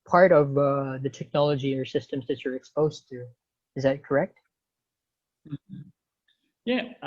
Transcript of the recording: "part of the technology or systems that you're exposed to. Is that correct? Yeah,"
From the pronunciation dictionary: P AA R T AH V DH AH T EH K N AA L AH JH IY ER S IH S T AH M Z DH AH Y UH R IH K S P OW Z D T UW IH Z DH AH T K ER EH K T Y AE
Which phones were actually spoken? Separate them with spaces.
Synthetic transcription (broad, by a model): P AA R T AH V DH AH T EH K N AA L AH JH IY ER S IH S T AH M Z DH AH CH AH R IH K S P OW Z T UW IH Z DH AH T K ER EH K T Y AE